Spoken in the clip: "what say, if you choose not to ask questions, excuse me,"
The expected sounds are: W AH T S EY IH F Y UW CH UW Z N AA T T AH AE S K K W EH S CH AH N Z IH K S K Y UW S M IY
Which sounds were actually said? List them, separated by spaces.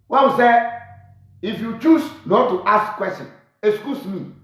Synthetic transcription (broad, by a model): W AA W S EY IH F Y UW CH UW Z N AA T T AH S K K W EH S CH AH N IH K S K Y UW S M IY